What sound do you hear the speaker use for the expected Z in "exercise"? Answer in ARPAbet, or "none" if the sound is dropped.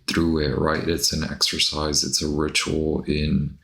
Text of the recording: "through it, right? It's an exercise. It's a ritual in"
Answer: Z